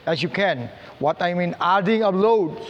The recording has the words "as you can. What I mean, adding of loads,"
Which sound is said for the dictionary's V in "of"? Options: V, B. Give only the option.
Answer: B